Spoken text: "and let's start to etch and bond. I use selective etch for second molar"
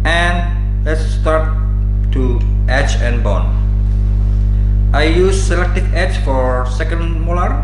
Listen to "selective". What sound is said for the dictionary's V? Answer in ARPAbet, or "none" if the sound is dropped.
F